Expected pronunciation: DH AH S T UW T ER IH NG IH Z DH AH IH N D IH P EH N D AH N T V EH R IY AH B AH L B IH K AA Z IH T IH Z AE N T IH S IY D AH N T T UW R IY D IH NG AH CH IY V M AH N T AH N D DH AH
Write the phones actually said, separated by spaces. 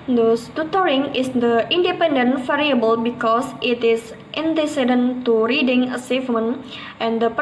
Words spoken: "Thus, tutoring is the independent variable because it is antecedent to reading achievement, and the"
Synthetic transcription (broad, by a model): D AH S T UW T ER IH NG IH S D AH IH N D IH P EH N D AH N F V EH R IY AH B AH L B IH K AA S IH T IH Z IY N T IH S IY D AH N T T UW R IY D IH NG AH S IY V M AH N T AH N D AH